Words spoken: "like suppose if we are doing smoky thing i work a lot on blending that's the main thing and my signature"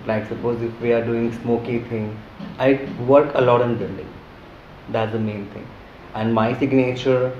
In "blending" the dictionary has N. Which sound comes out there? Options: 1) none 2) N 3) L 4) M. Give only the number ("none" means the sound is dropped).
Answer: 3